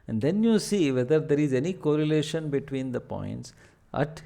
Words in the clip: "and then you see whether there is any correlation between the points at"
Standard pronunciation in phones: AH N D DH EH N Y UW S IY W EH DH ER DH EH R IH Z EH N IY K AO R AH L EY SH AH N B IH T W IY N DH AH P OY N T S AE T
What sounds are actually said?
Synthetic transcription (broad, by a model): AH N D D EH N Y UW S IY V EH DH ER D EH R IH Z EH N IY K AO R AH L EY SH AH N B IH T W IY N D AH P OY N T S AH T